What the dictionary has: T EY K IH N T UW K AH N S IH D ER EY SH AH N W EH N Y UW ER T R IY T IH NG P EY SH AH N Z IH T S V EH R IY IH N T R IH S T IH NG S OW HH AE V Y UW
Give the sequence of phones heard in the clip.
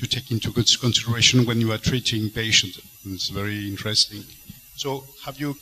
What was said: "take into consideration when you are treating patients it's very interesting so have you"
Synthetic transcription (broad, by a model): T EY K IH N T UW K AH N S IH D ER EY SH AH N W EH N Y UW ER T R IY T IH NG P EY SH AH N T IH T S V EH R IY IH N T R IH S T IH NG S OW HH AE V Y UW